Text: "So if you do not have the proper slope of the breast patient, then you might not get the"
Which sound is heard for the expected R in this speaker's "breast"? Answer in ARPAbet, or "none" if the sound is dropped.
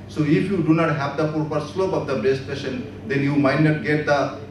none